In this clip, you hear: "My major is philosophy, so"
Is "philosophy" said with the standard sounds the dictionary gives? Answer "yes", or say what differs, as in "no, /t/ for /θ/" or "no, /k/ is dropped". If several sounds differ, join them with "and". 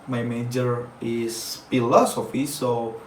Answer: yes